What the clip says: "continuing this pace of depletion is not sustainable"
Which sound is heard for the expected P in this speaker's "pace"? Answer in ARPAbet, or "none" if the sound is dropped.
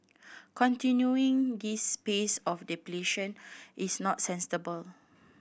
P